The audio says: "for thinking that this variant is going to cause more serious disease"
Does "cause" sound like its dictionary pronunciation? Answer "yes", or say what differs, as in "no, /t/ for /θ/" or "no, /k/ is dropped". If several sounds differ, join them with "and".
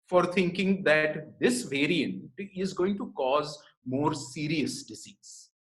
yes